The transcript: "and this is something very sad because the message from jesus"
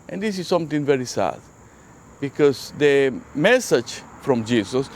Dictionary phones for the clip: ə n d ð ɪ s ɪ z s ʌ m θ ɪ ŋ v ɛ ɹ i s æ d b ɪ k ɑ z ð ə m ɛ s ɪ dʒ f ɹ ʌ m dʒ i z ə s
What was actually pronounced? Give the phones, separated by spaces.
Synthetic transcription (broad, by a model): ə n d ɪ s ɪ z s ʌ m t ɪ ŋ v ɛ ɹ i s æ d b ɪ k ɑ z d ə m ɛ s ɪ dʒ f ɹ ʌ m dʒ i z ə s